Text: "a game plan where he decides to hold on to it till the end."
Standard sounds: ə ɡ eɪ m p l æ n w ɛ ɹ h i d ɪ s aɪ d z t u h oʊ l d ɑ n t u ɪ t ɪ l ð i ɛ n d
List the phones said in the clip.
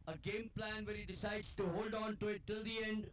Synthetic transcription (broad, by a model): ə ɡ eɪ m p l æ n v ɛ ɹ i d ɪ s aɪ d t u h oʊ l d ɑ n t u ɪ t ɪ l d i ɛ n d